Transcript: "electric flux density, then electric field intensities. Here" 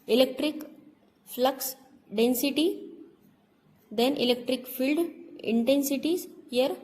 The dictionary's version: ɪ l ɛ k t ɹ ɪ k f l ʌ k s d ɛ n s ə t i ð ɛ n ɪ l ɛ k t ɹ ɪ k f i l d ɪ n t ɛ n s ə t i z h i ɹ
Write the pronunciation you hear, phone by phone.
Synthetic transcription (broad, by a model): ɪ l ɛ k t ɹ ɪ k f l ʌ k s d ɛ n s ə t i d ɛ n ɪ l ɛ k t ɹ ɪ k f i l d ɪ n t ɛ n s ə t i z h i ɹ